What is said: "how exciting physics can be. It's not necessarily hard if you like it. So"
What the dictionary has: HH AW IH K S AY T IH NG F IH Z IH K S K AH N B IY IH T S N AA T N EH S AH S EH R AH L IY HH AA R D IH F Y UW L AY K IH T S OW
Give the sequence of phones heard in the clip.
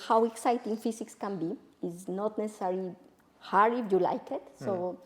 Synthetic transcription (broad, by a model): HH AW IH K S AY T IH NG F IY S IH K S K AH N B IY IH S N AA T N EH S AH S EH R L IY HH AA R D IH F Y UW L AY K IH T S OW